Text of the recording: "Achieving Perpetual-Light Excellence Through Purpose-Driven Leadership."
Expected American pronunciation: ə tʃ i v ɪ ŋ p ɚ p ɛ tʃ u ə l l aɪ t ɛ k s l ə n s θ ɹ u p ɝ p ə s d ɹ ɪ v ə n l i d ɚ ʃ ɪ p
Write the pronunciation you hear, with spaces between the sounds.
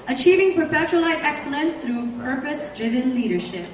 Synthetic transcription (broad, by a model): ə tʃ i v ɪ ŋ p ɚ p ɛ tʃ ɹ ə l l aɪ t ɛ k s l ə n s θ ɹ u p ɝ p ə s d ɹ ɪ v ə n l i d ɚ ʃ ɪ p